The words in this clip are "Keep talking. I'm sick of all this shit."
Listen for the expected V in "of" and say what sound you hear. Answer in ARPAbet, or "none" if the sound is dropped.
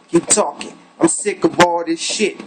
B